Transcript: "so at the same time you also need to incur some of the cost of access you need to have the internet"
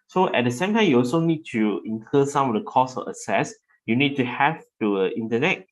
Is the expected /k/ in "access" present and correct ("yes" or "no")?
no